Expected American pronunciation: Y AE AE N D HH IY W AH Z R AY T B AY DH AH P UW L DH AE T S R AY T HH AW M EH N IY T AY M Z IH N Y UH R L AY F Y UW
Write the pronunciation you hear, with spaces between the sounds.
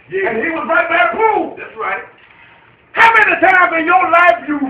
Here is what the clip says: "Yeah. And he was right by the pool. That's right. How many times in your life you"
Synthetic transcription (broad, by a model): Y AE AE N HH IY W AH Z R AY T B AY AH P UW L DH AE T S R AY T HH AW M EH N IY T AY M IH N Y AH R L AY F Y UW